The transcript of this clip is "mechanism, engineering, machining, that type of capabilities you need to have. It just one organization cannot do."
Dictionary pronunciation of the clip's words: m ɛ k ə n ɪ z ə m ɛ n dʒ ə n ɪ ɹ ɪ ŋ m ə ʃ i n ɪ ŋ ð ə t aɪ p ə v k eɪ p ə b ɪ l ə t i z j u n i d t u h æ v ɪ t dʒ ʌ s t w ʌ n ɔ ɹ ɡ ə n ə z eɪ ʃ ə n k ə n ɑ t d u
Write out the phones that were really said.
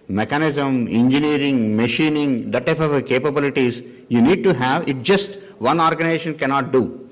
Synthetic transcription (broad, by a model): m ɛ k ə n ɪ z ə m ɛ n dʒ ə n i ɹ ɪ ŋ m ə ʃ i n ɪ ŋ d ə t aɪ p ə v k eɪ p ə b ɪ l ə t i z j u n i d t u h æ v ɪ t dʒ ʌ s t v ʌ n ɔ ɹ ɡ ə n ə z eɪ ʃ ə n k ə n ɑ t d u